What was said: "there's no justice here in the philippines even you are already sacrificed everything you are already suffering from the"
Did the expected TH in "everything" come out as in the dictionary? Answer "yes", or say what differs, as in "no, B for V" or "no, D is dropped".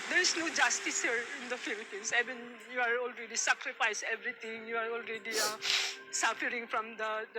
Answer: no, T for TH